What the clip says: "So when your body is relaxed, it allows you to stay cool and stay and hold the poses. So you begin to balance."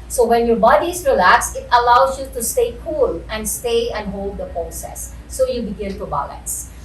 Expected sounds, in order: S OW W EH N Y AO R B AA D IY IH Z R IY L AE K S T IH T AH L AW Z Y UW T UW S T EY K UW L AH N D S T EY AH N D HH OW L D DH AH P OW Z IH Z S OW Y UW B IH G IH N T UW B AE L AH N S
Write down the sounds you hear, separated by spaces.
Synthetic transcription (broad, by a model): S OW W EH N Y AO R B AA D IY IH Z R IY L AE K S IH T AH L AW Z Y UW T UW S T EY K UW L AH N D S T EY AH N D HH OW L D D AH P OW S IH S OW Y UW B IH G IH N T UW B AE L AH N S